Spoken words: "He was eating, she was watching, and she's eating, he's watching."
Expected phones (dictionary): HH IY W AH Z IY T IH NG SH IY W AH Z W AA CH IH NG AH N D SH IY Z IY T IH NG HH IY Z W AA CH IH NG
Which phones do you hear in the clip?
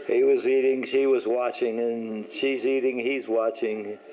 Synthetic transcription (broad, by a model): HH IY W AH Z IY T IH NG SH IY W AH Z W AA CH IH NG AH N SH IY Z IY T IH NG HH IY Z W AA CH IH NG